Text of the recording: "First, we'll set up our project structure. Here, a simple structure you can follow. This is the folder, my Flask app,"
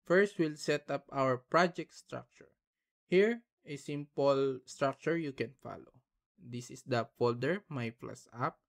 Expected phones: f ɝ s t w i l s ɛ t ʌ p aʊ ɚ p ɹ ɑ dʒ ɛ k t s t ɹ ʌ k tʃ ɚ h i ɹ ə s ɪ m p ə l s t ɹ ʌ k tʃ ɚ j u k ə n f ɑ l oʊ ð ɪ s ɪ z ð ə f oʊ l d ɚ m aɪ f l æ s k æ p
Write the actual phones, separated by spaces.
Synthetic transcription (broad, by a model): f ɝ s t w i l s ɛ t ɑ p aʊ ɚ p ɹ ɑ dʒ ɛ k t s t ɹ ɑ k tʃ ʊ h i ɹ ə s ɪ m p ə l s t ɹ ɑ k tʃ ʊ j u k ə n f ɑ l oʊ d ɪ s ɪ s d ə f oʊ l d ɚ m aɪ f l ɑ s ɑ p